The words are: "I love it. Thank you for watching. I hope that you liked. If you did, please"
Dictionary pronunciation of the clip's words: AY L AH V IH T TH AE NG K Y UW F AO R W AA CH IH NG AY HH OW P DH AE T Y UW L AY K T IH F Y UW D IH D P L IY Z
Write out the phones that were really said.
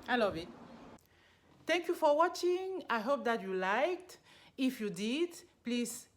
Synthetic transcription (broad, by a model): AY L AH V IH T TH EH NG K Y UW F AO R W AA CH IH NG AY HH OW P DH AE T Y UW L AY K T IH F Y UW D IH D P L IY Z